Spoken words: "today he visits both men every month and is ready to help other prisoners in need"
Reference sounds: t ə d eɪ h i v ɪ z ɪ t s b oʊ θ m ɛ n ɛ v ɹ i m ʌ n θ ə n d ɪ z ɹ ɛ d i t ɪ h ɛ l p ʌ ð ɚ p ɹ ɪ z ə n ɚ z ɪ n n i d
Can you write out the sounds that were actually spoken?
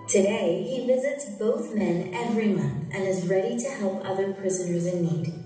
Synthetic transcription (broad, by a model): t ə d eɪ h i v ɪ z ɪ t s b oʊ θ m ɛ n ɛ v ɹ i m ʌ n θ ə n ɪ z ɹ ɛ d i t ɪ h ɛ l p ʌ ð ɚ p ɹ ɪ z ə n ɚ z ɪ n n i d